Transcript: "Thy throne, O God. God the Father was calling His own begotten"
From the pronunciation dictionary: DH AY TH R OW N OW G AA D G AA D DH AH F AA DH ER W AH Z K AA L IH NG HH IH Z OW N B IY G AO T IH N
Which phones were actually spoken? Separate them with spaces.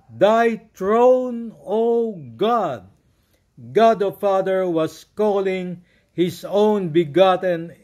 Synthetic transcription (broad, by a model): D AY T R OW N OW G AA D G AA D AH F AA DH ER W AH S K AA L IH NG HH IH S OW N B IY G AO T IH N